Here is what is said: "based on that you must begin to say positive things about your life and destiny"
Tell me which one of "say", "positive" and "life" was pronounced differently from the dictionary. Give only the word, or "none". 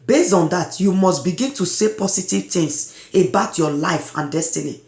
positive